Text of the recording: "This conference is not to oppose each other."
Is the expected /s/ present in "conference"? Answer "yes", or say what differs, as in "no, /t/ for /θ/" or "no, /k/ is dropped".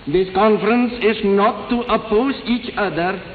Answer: yes